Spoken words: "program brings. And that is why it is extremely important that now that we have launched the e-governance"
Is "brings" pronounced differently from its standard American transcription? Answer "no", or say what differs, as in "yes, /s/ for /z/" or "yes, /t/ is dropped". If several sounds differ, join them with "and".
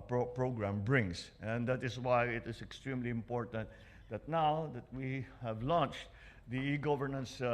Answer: yes, /s/ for /z/